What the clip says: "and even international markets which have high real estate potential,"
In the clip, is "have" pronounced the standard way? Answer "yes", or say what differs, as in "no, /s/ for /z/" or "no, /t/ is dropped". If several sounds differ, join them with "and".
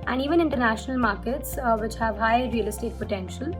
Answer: yes